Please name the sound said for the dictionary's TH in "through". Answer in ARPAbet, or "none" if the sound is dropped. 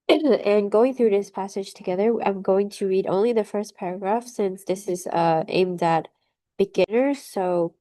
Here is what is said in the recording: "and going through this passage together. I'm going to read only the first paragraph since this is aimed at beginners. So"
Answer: TH